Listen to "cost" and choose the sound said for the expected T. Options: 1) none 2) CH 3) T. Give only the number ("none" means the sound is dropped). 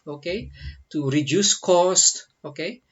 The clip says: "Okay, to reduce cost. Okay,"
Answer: 3